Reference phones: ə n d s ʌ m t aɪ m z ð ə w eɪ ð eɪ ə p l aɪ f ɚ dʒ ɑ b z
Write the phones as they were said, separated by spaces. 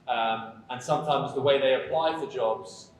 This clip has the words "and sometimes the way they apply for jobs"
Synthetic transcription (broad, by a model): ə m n s ʌ m t aɪ m z ð ə w eɪ ð eɪ ə p l aɪ f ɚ dʒ ɑ b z